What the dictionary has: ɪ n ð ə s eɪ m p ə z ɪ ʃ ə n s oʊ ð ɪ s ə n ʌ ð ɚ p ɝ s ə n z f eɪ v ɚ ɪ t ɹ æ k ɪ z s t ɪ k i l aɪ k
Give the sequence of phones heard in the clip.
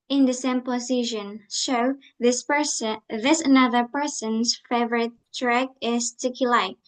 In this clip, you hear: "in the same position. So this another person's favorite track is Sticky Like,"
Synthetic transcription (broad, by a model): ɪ n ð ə s eɪ m p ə s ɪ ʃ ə n ʃ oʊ ð ɪ s ə n ʌ ð ɚ p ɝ s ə n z f eɪ v ɚ ɪ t ɹ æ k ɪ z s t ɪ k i l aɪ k